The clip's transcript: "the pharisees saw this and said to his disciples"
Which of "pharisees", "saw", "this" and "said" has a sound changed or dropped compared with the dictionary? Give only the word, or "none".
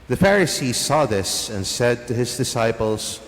none